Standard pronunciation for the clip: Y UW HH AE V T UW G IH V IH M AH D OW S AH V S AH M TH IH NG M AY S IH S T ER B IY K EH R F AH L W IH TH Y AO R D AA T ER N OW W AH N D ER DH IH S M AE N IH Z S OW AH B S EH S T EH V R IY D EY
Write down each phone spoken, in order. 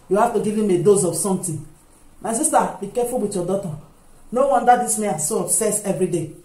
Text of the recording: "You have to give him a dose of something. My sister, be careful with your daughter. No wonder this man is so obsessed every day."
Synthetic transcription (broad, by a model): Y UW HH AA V T UW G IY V IH M AH D OW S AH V S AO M T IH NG M AY S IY S T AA B IY K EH F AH L W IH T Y AO D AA T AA N OW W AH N D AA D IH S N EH IH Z S OW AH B S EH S EH V R IY D EY